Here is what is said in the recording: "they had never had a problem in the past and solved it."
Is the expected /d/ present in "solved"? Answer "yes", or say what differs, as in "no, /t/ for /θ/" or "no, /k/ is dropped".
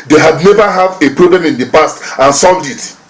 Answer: yes